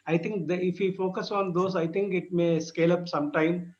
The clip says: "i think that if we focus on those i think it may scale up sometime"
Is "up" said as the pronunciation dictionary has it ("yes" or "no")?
yes